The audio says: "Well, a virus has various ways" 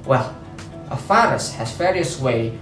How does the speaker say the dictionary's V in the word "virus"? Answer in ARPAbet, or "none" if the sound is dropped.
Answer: F